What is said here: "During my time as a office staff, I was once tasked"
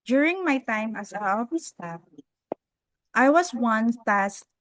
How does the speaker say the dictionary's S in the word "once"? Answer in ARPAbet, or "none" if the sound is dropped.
none